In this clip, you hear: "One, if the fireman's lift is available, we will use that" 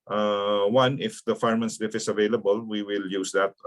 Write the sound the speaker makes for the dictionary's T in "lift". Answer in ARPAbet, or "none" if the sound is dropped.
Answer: none